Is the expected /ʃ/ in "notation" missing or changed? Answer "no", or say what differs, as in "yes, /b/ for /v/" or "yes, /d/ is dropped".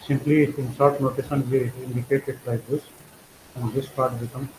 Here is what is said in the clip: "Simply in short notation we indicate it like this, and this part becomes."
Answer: yes, /s/ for /ʃ/